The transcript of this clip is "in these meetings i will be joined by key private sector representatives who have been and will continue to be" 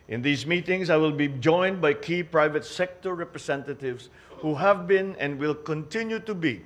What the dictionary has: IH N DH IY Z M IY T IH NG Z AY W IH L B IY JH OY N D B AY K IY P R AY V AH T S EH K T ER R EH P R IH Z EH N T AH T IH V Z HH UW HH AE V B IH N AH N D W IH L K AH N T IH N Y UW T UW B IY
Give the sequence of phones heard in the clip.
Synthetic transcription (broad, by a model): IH N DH IY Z M IY T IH NG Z AY W IH L B IY JH OY N D B AY K IY P R AY V AH T S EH K T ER R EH P R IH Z EH N T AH T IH V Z HH UW HH AE V B IH N AH N D W IH L K AH N T IH N Y UW T UW B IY